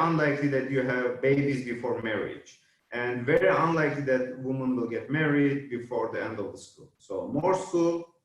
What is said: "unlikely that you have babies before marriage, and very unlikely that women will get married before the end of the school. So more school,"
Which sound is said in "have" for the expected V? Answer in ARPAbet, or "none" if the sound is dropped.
V